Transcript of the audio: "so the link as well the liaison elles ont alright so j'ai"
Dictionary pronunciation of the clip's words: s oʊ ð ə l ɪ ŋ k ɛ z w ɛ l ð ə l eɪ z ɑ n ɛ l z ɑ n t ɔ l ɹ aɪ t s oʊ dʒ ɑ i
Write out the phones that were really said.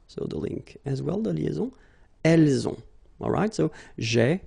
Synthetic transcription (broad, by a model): s oʊ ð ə l ɪ ŋ k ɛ z w ɛ l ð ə l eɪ z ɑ ɛ l z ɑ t ɔ l ɹ aɪ t s oʊ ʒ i